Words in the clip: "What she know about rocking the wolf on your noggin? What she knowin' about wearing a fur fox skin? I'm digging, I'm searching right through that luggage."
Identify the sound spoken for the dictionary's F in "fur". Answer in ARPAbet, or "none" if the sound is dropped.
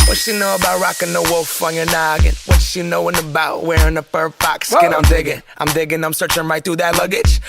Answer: P